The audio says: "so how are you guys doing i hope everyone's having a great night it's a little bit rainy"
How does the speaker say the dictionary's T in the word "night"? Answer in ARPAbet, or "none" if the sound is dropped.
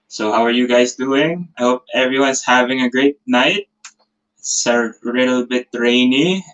none